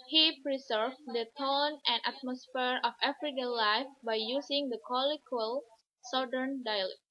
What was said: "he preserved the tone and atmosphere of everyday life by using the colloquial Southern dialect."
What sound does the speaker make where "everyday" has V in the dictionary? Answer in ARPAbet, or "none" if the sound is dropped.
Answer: F